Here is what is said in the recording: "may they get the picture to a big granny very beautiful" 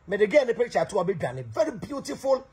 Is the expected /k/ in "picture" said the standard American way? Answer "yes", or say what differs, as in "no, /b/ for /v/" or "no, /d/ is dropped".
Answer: no, /k/ is dropped